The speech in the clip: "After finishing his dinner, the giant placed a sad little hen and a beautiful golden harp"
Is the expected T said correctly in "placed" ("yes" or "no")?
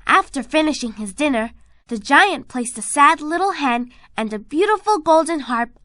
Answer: yes